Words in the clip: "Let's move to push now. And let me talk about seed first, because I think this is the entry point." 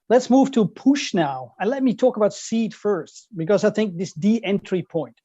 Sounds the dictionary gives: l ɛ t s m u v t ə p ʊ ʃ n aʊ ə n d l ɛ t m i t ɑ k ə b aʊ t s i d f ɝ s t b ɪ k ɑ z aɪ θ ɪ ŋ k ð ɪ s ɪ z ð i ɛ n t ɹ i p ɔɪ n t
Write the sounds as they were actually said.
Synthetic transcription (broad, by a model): l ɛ t s m u v t ə p ʊ ʃ n aʊ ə n l ɛ t m i t ɑ k ə b aʊ t s i d f ɝ s t b ɪ k ɑ z aɪ θ ɪ ŋ k ð ɪ s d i ɛ n t ɹ i p ɔɪ n t